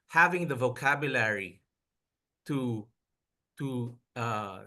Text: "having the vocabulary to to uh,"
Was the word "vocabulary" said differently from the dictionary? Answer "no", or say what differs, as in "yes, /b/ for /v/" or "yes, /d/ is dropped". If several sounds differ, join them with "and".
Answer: no